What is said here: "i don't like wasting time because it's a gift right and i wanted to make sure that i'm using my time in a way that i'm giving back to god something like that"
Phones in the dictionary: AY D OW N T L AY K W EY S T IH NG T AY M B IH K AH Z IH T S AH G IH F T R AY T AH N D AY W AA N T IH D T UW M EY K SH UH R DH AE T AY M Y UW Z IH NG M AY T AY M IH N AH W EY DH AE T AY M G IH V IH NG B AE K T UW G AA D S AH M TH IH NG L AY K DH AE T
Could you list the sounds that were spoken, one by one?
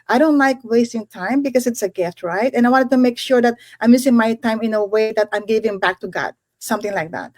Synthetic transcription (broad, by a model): AY D OW N T L AY K W EY S T IH NG T AY M B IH K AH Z IH T S AH G IH F T R AY T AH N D AY W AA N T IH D T UW M EY K SH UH R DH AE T AY M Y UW S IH NG M AY T AY M IH N AH W EY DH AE T AY M G IH V IH NG B AE K T UW G AA D S AH M TH IH NG L AY K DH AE T